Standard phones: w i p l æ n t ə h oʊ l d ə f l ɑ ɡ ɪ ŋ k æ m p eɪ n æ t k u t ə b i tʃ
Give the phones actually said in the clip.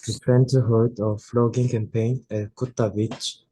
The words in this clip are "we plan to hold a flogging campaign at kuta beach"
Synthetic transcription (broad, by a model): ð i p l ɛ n t ə h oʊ d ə f l ɑ ɡ ɪ ŋ k æ m p eɪ n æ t k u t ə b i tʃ